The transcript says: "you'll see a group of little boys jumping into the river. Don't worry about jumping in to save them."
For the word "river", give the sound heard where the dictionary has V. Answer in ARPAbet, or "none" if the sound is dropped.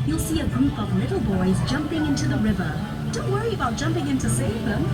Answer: V